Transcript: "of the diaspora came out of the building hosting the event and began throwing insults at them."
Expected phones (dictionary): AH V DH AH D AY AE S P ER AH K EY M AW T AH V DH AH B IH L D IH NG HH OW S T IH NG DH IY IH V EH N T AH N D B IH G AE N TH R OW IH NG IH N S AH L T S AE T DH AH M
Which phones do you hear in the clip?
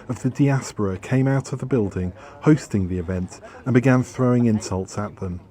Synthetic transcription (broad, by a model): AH V DH AH D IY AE S P ER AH K EY M AW T AH V DH AH B IH L D IH NG HH OW S T IH NG DH IY IH V EH N T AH N B IH G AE N TH R OW IH NG IH N S AH L T S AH T DH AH M